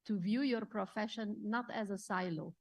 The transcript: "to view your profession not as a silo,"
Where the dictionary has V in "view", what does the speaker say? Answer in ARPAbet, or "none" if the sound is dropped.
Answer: V